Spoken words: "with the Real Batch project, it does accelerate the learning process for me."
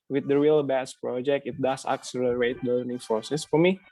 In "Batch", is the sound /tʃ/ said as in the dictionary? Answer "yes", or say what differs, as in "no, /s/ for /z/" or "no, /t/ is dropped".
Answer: no, /s/ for /tʃ/